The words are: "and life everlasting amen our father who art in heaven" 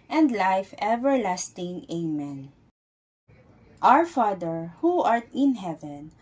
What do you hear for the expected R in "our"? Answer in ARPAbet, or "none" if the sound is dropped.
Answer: R